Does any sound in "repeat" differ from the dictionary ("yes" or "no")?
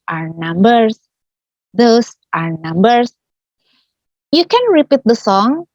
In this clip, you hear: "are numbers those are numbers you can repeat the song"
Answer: no